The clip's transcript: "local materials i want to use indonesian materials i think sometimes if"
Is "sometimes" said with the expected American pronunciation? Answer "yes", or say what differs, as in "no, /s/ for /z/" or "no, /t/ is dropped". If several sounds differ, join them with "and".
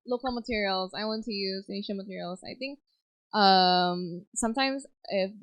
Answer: yes